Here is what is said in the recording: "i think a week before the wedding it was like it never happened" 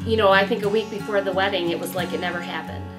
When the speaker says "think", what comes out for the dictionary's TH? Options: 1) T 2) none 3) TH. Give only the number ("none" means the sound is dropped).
3